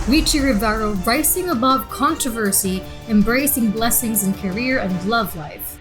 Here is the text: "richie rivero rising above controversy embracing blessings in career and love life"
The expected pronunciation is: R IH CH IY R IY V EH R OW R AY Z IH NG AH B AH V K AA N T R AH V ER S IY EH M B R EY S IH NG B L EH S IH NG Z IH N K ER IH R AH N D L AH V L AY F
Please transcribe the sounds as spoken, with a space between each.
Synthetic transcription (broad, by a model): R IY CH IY R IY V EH R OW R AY S IH NG AH B AH V K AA N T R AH V ER S IY EH M B R EY S IH NG B L EH S IH NG Z IH N K ER IH R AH N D L AH V L AY F